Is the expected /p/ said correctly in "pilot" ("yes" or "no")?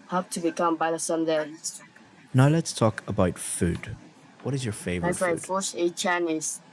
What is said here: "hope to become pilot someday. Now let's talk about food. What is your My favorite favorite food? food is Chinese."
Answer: no